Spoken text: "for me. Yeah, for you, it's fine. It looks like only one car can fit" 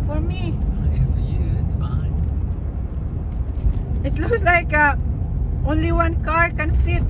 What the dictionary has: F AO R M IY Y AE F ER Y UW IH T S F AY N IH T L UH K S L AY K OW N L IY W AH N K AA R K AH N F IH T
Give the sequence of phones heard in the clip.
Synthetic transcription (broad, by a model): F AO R M IY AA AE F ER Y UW IH T S F AY N IH T L UH K S L AY K OW N L IY W AH N K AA R K AH N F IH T